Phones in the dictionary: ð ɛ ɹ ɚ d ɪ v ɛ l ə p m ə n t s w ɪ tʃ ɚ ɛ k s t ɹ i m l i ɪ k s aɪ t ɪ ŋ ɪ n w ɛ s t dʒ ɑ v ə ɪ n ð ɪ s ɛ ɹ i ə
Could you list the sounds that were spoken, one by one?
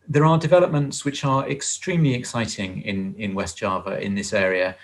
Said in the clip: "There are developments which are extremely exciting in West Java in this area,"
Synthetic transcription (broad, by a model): ð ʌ ɹ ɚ d ɪ v ɛ l ə p m ə n t s w ɪ tʃ ɚ ɛ k s t ɹ i m l i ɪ k s aɪ t ɪ ŋ ɪ n w ɛ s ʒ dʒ ɑ v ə ɪ n ð ɪ s ɛ ɹ i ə